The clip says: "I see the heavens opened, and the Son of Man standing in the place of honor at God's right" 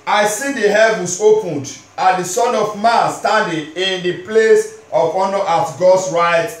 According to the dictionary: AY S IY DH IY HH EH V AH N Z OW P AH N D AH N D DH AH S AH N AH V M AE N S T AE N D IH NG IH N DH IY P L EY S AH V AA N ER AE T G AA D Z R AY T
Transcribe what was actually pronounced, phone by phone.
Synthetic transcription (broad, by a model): AY S IY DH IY HH EH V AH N S OW P AH N D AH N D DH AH S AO N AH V M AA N S T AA N D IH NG IH N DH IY P L EY S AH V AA N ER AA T G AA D S R AY T